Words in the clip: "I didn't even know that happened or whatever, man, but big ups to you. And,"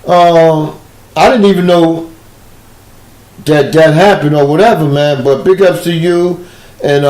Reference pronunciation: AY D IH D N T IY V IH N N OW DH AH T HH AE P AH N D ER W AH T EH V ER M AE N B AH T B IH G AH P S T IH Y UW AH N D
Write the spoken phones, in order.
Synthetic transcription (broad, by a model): AY D IH D N T IY V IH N N OW DH AH T HH AE P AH N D ER W AH T EH V ER M AE N B AH T B IH G AH P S T IH Y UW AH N